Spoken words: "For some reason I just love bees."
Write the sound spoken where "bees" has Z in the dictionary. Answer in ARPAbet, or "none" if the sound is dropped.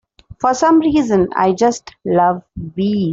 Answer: none